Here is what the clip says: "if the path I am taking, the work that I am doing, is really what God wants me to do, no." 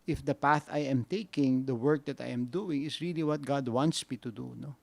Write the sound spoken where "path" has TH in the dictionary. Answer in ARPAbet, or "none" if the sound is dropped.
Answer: TH